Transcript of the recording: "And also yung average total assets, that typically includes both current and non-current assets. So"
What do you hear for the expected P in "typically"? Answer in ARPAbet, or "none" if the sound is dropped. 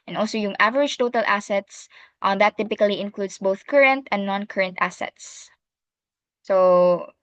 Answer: P